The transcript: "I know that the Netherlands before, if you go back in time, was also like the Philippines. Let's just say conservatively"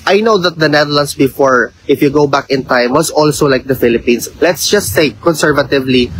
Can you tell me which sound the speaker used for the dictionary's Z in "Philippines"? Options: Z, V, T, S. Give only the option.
S